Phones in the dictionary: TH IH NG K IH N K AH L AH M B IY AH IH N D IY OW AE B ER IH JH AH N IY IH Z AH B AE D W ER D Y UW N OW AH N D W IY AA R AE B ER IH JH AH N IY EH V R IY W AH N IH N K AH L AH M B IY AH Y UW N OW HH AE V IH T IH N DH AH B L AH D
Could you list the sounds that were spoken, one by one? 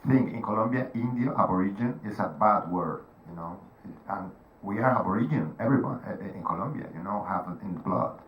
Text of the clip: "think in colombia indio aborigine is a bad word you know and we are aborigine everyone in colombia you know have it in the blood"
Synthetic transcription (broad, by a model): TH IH NG K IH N K AH L AH M B IY AH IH N D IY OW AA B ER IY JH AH N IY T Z AH B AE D W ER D Y UW N OW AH N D W IY AA R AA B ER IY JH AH N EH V R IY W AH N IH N K AH L AH M B IY AH Y UW N OW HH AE P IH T IH N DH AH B L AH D